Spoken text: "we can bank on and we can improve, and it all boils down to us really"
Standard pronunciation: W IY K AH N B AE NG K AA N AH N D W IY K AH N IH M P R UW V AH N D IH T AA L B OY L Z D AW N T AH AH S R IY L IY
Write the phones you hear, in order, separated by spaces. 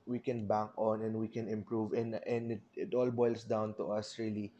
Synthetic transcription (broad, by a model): W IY K AH N B AE NG K AA N AH N D W IY K AH N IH M P R UW V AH N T IH T AA L B OY L S D AW N T AH AH S R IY L IY